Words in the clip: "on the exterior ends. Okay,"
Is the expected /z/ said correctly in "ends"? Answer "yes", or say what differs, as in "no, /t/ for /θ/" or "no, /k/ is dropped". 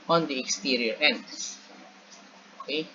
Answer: no, /z/ is dropped